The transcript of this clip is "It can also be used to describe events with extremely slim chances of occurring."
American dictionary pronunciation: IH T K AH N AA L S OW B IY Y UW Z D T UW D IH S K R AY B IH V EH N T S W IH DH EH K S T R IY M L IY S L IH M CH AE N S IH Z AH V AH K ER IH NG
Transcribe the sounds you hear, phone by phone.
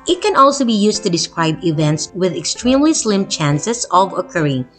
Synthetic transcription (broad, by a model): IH T K AH N AA L S OW B IY Y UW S T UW D IH S K R AY B IH V EH N T S W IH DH EH K S T R IY M L IY S L IH M CH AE N S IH S AH V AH K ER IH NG